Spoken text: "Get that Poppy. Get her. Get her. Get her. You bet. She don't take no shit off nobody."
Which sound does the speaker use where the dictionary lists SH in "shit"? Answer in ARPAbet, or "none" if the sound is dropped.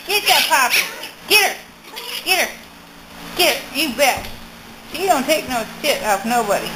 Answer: S